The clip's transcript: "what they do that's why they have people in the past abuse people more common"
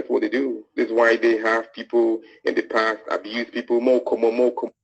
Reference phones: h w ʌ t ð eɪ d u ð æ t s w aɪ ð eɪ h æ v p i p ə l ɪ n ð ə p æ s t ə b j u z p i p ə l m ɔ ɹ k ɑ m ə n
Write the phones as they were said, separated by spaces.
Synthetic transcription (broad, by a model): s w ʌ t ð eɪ d u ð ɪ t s w aɪ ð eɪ h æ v p i p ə l ɪ n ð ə p æ s t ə b j u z p i p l m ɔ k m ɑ m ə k